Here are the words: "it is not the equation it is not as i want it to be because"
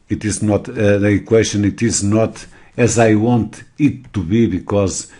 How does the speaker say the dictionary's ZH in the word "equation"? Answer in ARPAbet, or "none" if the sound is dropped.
SH